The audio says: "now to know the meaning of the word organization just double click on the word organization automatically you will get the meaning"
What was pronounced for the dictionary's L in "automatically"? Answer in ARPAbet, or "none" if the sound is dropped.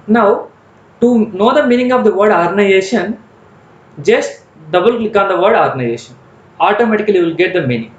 none